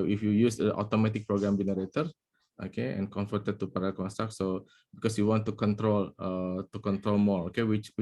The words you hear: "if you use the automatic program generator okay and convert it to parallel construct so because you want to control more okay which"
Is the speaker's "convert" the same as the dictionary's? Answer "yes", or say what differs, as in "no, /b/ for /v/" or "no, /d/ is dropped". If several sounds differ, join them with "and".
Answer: no, /f/ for /v/